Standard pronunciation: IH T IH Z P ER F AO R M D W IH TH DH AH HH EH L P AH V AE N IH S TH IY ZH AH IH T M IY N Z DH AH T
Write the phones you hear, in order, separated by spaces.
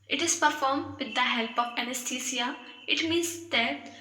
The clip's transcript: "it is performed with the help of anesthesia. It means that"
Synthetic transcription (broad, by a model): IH T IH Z P ER F AO R M D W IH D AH HH EH L P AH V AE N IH S T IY S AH IH T M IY N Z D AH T